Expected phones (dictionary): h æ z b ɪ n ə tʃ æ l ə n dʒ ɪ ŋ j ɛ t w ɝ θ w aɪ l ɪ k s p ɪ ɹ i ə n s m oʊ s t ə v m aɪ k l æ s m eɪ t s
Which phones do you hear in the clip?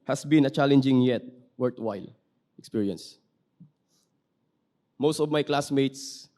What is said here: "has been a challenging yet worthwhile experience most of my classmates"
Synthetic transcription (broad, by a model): h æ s b ɪ n ə tʃ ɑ l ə n dʒ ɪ ŋ j ɛ t w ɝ t w aɪ l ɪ k s p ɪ ɹ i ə n s m oʊ s t ə v m aɪ k l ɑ s m eɪ t s